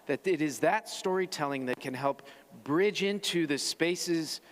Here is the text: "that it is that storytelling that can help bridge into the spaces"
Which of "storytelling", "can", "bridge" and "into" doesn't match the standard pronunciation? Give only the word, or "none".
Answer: none